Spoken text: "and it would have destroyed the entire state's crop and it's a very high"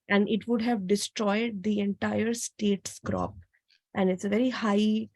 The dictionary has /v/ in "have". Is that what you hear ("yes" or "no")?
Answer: yes